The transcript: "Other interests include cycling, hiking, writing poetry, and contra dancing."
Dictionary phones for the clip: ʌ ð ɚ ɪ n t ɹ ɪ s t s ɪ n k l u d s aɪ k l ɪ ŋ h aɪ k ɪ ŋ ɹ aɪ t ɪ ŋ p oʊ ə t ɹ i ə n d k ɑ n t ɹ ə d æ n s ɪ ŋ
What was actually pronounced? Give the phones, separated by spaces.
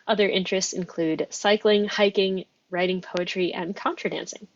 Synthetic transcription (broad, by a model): ʌ ð ɚ ɪ n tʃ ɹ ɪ s t s ɪ n k l u d s aɪ k l ɪ ŋ h aɪ k ɪ ŋ ɹ aɪ t ɪ ŋ p oʊ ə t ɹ i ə n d k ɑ n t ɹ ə d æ n s ɪ ŋ